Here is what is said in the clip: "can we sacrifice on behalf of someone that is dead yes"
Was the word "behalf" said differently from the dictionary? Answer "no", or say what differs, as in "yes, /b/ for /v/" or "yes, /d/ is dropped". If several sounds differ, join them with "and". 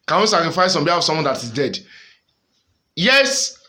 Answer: yes, /f/ is dropped